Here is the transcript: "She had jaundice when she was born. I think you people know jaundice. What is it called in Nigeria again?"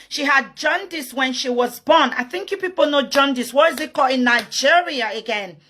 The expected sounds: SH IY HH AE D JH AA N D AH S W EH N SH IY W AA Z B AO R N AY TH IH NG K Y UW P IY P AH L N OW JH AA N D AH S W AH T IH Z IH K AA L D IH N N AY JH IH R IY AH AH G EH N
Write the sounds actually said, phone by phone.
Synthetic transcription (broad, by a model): SH IY HH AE D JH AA N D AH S W EH N SH IY W AA Z B AO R N AY TH IH NG K Y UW P IY P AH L N OW JH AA N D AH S W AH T IH Z IH K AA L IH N N AY JH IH R IY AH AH G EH N